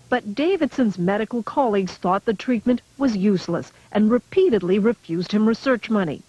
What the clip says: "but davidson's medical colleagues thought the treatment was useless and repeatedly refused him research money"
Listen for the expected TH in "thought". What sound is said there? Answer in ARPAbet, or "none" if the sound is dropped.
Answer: TH